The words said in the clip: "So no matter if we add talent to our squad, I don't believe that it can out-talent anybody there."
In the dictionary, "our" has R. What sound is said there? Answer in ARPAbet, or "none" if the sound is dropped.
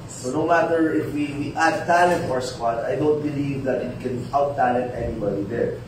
R